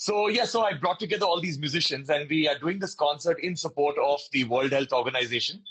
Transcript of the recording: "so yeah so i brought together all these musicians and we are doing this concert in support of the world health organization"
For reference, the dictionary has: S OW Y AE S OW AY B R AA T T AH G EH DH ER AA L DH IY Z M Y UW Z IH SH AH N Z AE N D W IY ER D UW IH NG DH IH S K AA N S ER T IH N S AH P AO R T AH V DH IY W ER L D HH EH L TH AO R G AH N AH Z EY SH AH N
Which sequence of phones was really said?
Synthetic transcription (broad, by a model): S OW Y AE S OW AY B R AA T T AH G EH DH ER AA L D IY Z M Y UW Z IH SH AH N Z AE N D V IY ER D UW IH NG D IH S K AA N S ER T IH N S AH P AO R T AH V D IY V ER L D HH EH L T AO R G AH N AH Z EY SH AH N